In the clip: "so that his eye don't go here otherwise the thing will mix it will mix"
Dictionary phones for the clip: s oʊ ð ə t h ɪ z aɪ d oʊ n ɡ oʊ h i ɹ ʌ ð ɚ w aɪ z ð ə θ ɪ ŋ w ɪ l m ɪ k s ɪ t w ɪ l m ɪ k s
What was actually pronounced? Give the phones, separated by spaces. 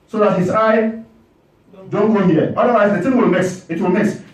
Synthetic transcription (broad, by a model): s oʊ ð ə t h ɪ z aɪ d oʊ n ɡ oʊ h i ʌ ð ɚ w aɪ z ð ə t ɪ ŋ w ɪ l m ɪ s ɪ t w ɪ l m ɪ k s